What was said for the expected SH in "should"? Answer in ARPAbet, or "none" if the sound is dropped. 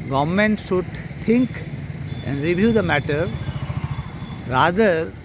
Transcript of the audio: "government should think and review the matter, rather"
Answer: S